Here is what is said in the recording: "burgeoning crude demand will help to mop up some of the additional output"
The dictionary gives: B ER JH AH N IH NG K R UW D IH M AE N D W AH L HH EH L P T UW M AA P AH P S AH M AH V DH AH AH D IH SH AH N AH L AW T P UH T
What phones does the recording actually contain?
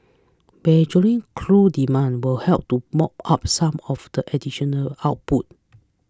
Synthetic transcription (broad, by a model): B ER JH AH L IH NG K L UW D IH M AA N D W AH L HH EH L P T UW M AA P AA P S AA M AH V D AH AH D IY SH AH N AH L AW T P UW T